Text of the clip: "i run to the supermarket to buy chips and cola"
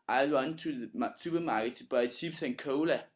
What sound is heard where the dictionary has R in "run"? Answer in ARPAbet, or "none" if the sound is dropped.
W